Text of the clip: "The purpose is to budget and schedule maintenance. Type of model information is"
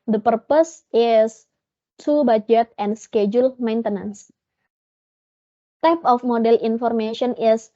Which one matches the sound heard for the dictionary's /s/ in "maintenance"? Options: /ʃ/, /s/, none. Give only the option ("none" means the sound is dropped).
/s/